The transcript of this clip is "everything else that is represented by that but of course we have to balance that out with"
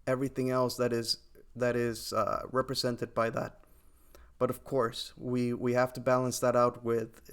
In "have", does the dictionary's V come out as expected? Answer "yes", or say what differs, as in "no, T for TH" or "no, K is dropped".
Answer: no, F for V